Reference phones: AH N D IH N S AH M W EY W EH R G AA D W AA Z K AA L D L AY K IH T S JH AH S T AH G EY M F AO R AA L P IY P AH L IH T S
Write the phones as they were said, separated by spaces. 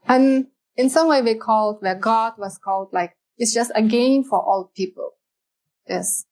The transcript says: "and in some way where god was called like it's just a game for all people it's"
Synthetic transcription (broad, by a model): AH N IH N S AH M W EY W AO L G AA D W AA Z K AA L D L AY K IH T S JH AH S T AH G EY M F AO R AA L P IY P AH L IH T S